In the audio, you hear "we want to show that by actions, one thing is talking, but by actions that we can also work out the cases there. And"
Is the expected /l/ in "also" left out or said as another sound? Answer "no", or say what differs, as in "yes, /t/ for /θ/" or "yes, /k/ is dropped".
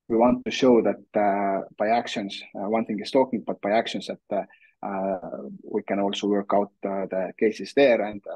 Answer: no